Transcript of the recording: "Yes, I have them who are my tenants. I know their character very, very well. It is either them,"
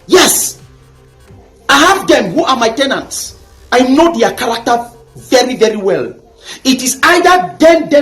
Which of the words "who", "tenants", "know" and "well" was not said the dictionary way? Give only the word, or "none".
none